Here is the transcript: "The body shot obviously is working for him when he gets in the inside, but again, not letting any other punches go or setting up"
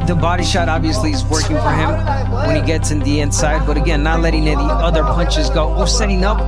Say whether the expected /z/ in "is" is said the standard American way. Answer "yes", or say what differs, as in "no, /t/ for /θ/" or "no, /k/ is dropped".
yes